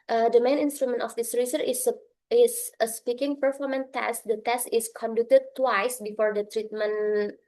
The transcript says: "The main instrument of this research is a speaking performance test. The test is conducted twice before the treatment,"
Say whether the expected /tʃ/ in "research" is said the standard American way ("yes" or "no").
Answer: no